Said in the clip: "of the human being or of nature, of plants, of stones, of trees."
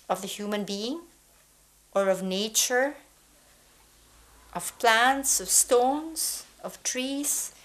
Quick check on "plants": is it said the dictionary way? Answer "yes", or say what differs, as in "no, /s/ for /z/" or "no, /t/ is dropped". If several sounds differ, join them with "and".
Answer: yes